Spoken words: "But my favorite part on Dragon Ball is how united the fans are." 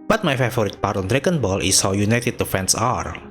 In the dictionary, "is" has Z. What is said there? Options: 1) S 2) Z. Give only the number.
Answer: 1